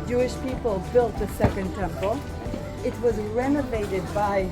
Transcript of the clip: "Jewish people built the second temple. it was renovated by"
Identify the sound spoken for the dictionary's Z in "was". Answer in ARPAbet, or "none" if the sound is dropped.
Z